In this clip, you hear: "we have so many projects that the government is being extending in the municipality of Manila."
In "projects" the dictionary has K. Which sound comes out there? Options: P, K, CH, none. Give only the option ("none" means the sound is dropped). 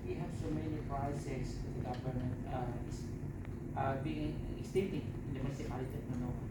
none